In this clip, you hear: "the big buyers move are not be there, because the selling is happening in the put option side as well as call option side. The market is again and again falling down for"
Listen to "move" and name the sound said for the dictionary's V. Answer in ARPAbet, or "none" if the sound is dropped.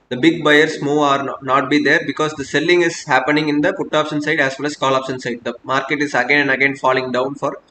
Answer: none